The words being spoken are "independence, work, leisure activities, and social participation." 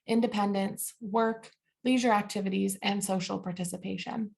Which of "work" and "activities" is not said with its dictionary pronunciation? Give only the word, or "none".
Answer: none